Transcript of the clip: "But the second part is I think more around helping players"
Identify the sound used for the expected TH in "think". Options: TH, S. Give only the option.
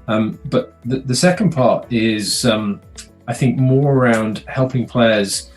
TH